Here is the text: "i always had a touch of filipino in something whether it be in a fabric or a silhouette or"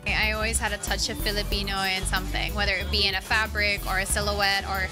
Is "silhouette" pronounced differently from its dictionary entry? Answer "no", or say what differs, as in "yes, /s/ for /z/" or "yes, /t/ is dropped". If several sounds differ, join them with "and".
no